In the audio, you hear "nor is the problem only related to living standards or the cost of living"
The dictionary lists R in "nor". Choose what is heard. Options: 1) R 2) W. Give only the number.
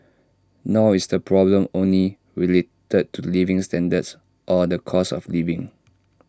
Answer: 2